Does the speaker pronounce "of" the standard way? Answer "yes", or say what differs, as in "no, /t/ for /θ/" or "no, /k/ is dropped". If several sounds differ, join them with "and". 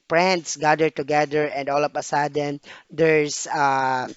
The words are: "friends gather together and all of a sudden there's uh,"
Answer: no, /p/ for /v/